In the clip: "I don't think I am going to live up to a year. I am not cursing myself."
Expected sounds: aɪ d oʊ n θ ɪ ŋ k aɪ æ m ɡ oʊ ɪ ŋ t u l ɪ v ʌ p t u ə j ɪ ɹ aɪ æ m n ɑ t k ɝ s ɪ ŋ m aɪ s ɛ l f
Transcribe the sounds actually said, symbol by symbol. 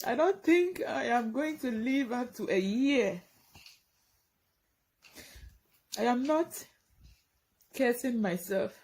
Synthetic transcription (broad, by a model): aɪ d oʊ n t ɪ ŋ k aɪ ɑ m ɡ oʊ ɪ ŋ t u l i v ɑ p t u ə j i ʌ aɪ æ m n ɑ t k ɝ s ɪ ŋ m aɪ s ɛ l f